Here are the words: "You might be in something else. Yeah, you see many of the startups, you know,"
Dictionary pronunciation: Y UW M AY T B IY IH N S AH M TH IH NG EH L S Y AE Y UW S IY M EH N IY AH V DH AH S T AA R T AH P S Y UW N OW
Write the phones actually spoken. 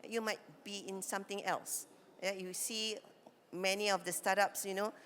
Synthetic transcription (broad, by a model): Y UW M AY T B IY IH N S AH M T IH NG EH L S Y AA Y UW S IY M EH N IY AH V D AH S T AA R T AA P S Y UW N OW